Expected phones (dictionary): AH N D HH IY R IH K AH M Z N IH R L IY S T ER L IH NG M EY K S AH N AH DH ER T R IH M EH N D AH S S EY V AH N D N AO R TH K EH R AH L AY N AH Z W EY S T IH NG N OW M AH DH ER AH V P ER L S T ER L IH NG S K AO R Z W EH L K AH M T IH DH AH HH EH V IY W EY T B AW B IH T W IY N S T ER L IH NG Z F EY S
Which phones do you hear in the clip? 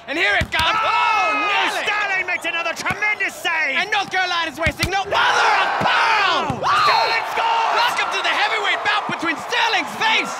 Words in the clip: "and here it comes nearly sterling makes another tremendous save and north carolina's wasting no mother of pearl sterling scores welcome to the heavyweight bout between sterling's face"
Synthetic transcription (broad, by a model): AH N HH IY R IH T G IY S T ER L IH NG M EY K S AH N AH DH ER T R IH M EH N D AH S S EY AH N N AO R TH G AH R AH L AY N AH Z W EY S T IH NG N OW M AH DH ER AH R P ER S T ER L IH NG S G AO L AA K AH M T IH DH AH HH EH V IY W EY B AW B IH T W IY N S T ER L IH NG Z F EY S